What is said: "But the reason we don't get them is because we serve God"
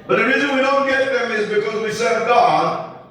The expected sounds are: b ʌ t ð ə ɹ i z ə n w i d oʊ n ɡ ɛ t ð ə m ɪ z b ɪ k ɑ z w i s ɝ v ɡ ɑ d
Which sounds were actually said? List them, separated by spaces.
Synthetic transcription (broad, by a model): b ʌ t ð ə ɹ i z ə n w i d oʊ n ɡ ɛ t ð ə m ɪ z b ɪ k ɑ z w i s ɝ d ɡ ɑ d